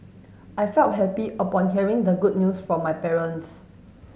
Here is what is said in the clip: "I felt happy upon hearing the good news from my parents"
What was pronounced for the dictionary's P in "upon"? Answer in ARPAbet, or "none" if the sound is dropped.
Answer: P